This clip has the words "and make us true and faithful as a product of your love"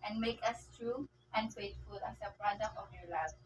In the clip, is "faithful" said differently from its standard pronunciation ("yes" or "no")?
yes